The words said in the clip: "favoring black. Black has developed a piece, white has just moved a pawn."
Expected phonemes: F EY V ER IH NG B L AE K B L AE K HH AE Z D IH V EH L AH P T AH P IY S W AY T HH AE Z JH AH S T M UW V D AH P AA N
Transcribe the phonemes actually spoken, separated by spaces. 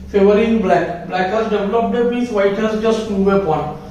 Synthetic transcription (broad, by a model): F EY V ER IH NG B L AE K B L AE K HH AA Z D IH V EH L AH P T AH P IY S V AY T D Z JH AH S T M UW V AH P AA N